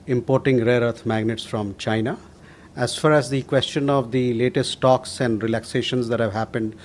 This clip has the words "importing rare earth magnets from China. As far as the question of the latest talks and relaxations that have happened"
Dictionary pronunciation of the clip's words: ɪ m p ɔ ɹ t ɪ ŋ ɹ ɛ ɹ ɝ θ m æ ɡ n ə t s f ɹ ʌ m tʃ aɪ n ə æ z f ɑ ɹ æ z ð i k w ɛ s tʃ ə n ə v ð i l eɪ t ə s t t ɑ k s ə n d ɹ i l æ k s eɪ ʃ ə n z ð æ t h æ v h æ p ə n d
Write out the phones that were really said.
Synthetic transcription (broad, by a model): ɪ m p ɔ ɹ t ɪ ŋ ɹ ɛ ɹ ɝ t m æ ɡ n ə t s f ɹ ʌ m tʃ aɪ n ə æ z f ɑ ɹ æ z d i k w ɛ s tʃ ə n ə v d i l eɪ t ə s t t ɑ k s ə n d ɹ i l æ k s eɪ ʃ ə n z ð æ t h æ v h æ p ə n d